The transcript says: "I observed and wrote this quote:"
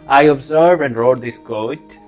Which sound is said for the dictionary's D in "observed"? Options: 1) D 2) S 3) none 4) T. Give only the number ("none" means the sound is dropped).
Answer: 3